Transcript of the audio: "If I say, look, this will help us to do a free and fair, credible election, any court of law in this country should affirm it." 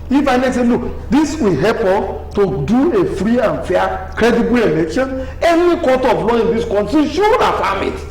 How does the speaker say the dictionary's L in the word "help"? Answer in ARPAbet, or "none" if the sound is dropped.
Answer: none